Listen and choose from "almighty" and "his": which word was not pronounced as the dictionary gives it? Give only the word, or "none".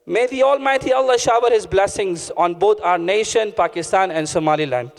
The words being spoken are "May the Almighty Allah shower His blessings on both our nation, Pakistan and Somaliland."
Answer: none